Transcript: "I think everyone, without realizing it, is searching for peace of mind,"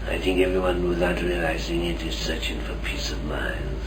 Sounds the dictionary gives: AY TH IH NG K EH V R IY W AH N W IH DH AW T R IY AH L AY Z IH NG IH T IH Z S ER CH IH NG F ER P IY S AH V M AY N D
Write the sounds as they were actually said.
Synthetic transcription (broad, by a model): AY TH IH NG K EH V R IY W AH N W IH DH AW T R IY AH L AY Z IH NG IH T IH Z S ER CH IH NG F ER P IY S AH V M AY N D